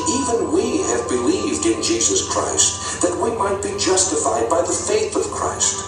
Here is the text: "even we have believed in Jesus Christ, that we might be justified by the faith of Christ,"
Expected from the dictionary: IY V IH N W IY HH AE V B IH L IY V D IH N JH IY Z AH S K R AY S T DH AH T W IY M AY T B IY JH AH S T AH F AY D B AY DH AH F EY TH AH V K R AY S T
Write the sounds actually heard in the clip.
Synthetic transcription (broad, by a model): IY V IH N W IY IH V B IH L IY V D IH N JH IY Z AH S K R AY S T DH AH T W IY M AY T B IY JH AH S T AH F AY D B AY DH AH F EY TH AH V K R AY S T